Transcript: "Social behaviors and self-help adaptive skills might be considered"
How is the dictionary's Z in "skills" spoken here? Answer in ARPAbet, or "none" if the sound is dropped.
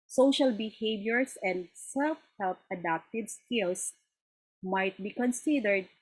S